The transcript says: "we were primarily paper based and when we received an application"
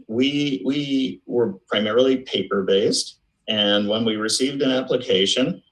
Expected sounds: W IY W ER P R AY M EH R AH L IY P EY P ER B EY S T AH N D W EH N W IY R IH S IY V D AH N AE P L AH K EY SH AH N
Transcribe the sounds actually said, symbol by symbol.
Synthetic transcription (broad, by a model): W IY W ER P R AY M EH R L IY P EY P ER B EY S T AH N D W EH N W IY R IH S IY V D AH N AE P L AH K EY SH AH N